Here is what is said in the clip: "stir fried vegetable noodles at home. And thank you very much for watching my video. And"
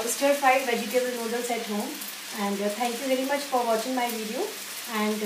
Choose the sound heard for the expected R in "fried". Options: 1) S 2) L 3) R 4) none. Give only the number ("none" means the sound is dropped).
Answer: 4